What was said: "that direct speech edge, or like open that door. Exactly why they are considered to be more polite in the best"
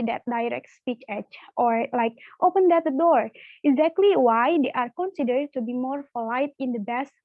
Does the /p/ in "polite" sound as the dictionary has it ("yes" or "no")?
no